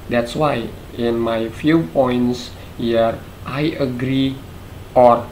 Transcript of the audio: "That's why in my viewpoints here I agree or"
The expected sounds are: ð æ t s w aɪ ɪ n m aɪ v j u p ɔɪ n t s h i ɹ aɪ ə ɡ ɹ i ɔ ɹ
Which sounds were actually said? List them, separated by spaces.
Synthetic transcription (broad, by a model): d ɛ t s w aɪ ɪ n m aɪ f j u p ɔɪ n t s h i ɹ aɪ ə ɡ ɹ i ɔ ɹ